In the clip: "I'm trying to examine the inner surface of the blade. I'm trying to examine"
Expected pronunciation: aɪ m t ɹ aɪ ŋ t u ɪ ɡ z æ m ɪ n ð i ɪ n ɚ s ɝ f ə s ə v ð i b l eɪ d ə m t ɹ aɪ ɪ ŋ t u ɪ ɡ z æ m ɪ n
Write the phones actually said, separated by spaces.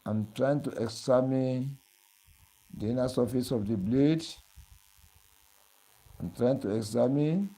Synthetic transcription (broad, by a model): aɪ m t ɹ aɪ ŋ t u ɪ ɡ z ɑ m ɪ n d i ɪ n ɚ s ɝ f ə s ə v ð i b l eɪ d ə m t ɹ aɪ ɪ ŋ t u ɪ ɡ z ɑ m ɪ n